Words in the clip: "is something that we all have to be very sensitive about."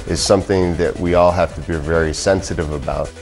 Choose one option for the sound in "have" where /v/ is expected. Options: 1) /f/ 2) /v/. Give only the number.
1